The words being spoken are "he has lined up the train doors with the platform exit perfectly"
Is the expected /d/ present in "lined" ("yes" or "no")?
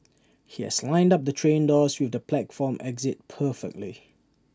yes